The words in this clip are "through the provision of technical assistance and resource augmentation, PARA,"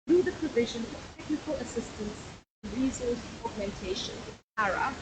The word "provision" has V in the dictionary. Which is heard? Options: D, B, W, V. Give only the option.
V